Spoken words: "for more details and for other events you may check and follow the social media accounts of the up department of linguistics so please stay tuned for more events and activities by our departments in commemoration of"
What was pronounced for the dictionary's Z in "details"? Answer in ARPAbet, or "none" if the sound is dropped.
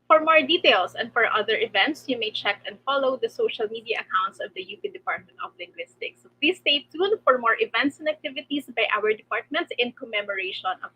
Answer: S